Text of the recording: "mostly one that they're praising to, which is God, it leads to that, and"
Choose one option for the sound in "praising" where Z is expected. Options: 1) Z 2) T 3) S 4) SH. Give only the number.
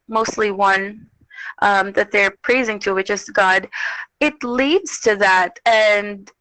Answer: 1